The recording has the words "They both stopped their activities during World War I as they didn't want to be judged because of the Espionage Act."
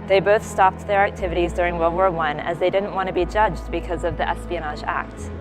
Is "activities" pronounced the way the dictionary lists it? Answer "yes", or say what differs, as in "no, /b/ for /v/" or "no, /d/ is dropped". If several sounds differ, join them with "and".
yes